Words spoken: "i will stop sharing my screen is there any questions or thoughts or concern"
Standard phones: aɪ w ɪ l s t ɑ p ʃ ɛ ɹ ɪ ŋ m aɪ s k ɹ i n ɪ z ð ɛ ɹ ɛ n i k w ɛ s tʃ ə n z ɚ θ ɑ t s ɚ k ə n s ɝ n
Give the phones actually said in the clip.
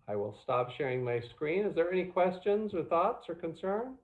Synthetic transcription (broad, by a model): aɪ w ɪ l s t ɑ p ʃ ɛ ɹ ɪ ŋ m aɪ s k ɹ i n ɪ z ð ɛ ɹ ɛ n i k w ɛ s tʃ ə n z ɚ θ ɑ t s ɚ k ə n s ɝ n